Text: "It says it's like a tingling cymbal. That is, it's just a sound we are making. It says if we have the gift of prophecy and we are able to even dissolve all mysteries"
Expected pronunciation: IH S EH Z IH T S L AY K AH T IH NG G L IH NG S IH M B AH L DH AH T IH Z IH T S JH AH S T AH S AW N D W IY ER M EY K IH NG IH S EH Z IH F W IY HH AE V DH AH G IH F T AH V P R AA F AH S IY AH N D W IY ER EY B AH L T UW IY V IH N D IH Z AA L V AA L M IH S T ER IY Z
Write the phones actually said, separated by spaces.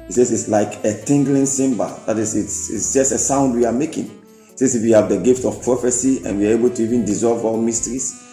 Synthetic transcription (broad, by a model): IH S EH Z IH T S L AY K AH T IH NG G L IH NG S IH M B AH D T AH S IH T IH T S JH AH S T AH S AW N D W IY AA M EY K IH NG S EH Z IH F W IY HH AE V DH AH G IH F T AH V P R AA F AH S IY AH N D W IY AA EY B AH L T UW IY V IH N D IH Z AA L V AA L M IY S T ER IY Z